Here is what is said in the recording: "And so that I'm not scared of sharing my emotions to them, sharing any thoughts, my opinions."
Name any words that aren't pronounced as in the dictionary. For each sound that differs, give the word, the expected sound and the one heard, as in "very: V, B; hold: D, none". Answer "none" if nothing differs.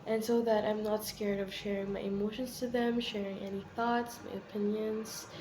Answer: none